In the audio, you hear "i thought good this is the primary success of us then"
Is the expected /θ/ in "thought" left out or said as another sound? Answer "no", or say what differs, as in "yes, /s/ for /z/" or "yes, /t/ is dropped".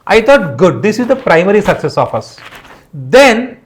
yes, /t/ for /θ/